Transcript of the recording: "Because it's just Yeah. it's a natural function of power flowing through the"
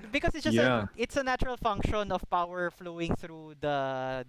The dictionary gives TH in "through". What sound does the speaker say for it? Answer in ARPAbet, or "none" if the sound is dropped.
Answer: TH